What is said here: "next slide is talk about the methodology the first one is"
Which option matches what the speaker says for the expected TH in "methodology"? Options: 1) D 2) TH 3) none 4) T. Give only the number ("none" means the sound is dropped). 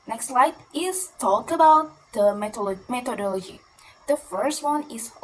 4